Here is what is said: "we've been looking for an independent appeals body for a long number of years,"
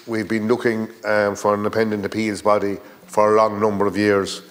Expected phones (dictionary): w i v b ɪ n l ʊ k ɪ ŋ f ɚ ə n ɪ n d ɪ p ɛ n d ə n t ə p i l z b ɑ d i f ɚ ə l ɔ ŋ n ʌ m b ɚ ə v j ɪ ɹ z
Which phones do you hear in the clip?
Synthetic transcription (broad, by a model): w i v b ɪ n l ʊ k ɪ ŋ f ɚ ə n n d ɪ p ɛ n d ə n t ə p i l z b ɑ d i f ɚ ə l ɔ ŋ n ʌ m b ɚ ə v j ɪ ɹ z